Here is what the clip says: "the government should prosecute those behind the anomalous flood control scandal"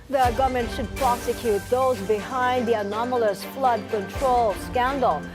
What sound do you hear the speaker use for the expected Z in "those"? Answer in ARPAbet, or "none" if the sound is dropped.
Z